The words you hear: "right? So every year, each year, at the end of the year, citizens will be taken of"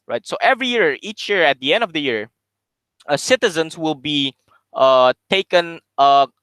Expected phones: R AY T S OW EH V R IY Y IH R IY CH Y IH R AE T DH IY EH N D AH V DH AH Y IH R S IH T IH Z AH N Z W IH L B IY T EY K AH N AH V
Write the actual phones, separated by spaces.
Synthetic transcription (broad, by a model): R AY T S OW EH V R IY Y IH R IY CH Y IH R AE T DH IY EH N D AH V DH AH Y IH R S IH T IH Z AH N S W IH L B IY T EY K AH N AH